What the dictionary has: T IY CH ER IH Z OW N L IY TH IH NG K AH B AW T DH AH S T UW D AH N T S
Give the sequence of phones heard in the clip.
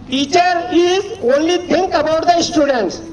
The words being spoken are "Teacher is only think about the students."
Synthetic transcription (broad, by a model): T IY CH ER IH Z OW N L IY T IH NG K AH B AW T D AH S T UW D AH N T S